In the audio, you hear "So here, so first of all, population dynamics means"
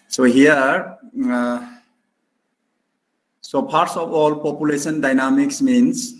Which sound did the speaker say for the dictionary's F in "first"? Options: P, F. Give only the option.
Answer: P